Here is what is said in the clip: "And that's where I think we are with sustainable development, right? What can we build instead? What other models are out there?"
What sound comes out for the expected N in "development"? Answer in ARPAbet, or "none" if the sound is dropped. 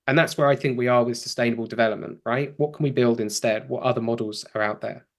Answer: N